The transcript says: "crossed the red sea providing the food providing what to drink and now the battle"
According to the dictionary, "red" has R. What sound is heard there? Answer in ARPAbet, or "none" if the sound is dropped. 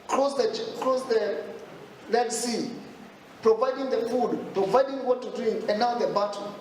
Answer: L